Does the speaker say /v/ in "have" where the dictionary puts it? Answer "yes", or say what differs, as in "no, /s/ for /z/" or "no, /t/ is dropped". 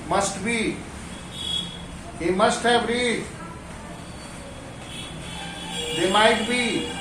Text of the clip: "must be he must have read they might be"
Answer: no, /b/ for /v/